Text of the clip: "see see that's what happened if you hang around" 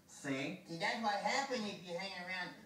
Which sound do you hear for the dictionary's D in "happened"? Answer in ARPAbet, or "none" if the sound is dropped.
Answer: none